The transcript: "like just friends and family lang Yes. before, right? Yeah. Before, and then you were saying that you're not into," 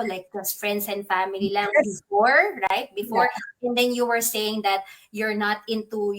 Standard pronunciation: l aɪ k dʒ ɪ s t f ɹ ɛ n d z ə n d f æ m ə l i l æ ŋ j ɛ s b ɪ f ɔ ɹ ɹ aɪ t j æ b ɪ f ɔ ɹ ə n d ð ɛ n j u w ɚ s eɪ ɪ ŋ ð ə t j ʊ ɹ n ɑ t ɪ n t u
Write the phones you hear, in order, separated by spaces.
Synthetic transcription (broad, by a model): l aɪ k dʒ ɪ s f ɹ ɛ n d s ə n d f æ m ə l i l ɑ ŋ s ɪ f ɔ ɹ ɹ aɪ t b ɪ f ɔ ɹ ə n d ɛ n j u w ɚ s eɪ ɪ ŋ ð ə t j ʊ ɹ n ɑ t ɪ n t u